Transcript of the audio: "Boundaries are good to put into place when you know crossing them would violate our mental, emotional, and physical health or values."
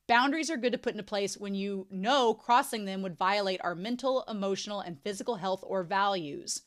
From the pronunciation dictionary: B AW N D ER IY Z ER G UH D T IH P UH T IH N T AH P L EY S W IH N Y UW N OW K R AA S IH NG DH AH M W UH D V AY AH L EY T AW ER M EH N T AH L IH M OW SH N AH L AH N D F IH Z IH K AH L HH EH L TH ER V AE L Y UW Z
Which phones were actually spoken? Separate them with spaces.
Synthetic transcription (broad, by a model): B AW N D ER IY Z ER G UH D T IH P UH T IH N T AH P L EY S W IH N Y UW N OW K R AA S IH NG DH AH M W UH D V AY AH L EY T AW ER M EH N T L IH M OW SH N L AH N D F IH Z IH K L HH EH L TH ER V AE L Y UW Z